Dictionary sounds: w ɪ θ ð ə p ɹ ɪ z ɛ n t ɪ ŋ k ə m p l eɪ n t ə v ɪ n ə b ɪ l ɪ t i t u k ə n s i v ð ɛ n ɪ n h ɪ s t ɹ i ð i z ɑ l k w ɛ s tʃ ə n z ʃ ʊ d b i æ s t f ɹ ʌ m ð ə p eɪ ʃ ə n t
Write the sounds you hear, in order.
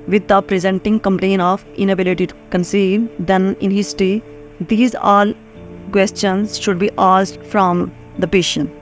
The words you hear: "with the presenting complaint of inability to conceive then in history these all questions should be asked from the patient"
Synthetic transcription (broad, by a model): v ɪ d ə p ɹ ɪ z ɛ n t ɪ ŋ k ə m p l eɪ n ə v ɪ n ə b ɪ l ɪ t i t u k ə n s i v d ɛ n ɪ n h ɪ s t ɹ i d i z ɑ l k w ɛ s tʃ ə n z ʃ ʊ d b i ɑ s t f ɹ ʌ m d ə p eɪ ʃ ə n